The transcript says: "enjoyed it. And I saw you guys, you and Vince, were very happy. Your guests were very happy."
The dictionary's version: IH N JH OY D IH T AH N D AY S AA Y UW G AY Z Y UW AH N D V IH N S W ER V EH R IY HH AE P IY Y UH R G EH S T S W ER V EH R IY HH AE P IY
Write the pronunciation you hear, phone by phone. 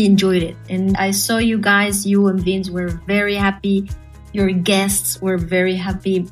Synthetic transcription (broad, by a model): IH N JH OY D IH T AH N AY S AA Y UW G AY Z Y UW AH N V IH N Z W ER V EH R IY HH AE P IY Y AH R G EH S T S W ER V EH R IY HH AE P IY